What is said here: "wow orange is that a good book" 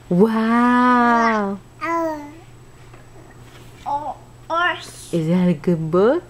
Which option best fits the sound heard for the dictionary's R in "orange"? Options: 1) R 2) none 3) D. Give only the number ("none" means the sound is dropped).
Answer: 2